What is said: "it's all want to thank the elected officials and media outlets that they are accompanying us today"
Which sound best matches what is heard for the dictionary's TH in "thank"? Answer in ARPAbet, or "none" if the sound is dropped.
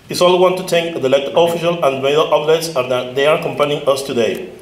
T